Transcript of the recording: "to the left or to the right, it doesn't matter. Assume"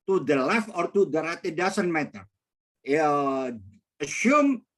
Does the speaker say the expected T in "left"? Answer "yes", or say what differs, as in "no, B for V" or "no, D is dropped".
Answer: no, T is dropped